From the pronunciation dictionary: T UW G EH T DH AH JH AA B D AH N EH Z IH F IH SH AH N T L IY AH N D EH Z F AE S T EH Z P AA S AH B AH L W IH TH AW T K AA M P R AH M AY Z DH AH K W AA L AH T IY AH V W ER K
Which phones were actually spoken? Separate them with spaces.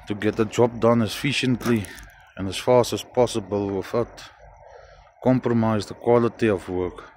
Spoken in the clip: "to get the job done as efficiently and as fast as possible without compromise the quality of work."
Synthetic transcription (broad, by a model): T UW G EH T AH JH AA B D AH N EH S F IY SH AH N T L IY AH N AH S F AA S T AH S P AA S AH B AH L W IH F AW T K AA M P R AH M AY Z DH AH K W AA L AH T IY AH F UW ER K